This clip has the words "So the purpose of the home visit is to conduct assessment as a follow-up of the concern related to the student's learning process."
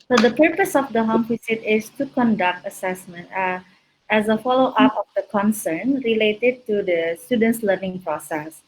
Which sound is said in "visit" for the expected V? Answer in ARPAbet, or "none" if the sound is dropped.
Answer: F